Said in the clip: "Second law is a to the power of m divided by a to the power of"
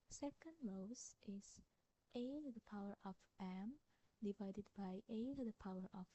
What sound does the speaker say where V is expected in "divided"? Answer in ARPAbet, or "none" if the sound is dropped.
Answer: V